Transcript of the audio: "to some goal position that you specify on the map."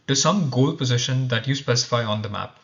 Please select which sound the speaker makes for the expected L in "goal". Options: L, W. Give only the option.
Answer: L